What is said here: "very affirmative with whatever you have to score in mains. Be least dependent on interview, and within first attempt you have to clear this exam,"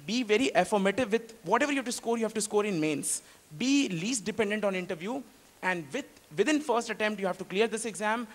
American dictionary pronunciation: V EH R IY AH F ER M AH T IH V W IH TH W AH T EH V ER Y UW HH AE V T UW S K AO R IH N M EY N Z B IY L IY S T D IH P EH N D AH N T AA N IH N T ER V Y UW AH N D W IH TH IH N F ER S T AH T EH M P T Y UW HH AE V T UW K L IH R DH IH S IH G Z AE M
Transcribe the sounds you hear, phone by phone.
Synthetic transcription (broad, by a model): V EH R IY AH F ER M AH T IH V IH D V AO T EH V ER Y UW HH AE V T UW S K AO R IH N M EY N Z B IY L IY S T D IH P EH N D AH N T AA N IH N T ER V Y UW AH N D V IH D IH N F ER S T AH T EH M P T Y UW HH AE V T UW K L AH R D IH S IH G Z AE M